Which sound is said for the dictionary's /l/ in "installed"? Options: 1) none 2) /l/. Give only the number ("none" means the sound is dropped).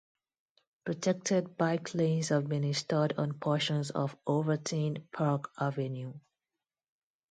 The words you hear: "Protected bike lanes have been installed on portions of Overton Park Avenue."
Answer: 1